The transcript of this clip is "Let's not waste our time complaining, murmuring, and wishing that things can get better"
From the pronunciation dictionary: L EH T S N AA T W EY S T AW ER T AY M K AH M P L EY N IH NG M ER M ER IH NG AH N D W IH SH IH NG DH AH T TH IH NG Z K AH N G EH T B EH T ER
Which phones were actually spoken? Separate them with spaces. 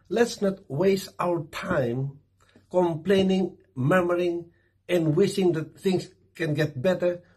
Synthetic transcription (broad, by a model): L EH T S N AA T W EY S T AW ER T AY M K AH M P L EY N IH NG M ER M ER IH NG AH N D W IH SH IH NG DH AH T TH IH NG S K AH N G EH T B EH T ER